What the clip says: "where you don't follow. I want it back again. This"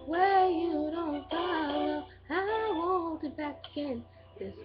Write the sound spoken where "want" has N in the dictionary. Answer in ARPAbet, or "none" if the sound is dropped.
none